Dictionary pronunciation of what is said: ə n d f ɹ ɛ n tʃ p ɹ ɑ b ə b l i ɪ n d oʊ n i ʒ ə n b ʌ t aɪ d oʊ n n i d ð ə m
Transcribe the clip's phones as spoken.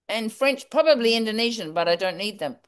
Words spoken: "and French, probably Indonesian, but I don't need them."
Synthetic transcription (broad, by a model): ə n f ɹ ɛ n tʃ p ɹ ɑ b ə b l i ɪ n d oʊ n i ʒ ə n b ʌ t aɪ d oʊ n n i d ð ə m